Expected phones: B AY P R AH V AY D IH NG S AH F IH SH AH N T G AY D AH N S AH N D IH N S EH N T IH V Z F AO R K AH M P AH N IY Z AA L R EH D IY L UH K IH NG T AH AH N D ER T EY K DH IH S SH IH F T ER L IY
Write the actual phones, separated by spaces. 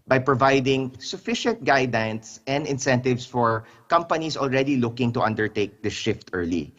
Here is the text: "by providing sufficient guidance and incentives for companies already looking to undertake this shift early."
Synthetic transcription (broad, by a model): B AY P R AH V AY D IH NG S AH F IH SH AH N T G AY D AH N S AH N D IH N S EH N T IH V S F AO R K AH M P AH N IY S AA L R EH D IY L UH K IH NG T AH AH N D ER T EY K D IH SH IH F T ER L IY